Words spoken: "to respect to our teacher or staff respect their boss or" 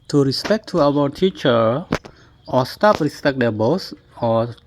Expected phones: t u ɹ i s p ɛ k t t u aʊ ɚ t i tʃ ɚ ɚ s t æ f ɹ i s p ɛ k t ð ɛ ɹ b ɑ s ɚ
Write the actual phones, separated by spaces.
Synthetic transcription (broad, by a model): t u ɹ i s p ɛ k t t u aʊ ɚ t i tʃ ɚ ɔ s t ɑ p ɹ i s p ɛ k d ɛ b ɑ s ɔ